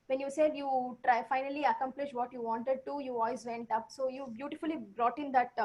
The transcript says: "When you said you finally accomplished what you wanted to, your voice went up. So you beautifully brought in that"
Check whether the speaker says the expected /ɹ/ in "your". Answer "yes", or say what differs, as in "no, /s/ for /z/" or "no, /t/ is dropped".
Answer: no, /l/ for /ɹ/